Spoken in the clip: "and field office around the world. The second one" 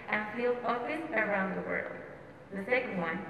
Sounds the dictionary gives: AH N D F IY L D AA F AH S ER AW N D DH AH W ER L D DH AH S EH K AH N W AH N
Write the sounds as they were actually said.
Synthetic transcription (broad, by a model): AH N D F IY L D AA AH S ER AW N D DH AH W ER L D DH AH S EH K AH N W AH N